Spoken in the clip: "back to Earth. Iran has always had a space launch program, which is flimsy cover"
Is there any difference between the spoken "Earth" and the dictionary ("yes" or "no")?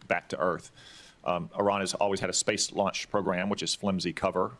no